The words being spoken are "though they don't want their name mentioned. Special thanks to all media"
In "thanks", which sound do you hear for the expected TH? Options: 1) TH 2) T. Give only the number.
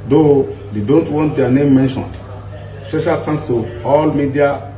2